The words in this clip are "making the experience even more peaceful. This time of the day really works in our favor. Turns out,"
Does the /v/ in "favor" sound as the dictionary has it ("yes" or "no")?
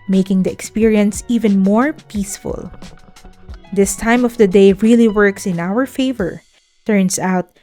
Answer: yes